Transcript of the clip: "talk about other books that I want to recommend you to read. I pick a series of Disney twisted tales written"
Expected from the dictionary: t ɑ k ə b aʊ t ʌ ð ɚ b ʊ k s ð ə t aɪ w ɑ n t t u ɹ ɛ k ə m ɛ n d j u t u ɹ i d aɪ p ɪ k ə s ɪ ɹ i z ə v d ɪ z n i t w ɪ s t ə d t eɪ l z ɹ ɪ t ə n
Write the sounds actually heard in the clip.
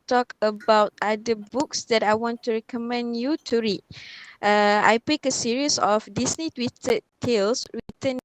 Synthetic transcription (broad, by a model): t ɑ k ə b aʊ t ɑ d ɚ b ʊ k s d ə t aɪ w ɑ n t t u ɹ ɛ k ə m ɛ n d j u t u ɹ i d aɪ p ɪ k ə s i ɹ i s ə f d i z n i t w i t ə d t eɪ l s ɹ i t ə n